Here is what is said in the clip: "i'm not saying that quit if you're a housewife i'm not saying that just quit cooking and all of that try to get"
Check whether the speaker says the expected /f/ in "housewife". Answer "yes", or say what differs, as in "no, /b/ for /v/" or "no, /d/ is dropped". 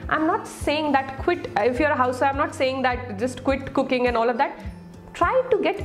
no, /f/ is dropped